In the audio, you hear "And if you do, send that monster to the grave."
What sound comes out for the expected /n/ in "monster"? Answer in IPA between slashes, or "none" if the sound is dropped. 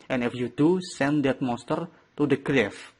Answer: none